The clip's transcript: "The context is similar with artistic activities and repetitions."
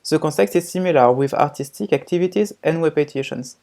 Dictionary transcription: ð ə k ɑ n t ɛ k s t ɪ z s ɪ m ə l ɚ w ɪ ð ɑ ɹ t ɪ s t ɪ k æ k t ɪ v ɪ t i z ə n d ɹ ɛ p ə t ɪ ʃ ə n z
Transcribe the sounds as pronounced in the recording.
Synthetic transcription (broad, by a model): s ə k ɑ t ɛ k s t ɪ z s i m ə l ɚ w ɪ ð ɑ ɹ t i s t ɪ k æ k t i v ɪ t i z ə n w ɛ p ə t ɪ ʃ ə n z